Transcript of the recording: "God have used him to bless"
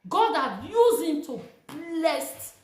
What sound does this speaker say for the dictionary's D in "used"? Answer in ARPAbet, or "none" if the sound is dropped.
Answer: none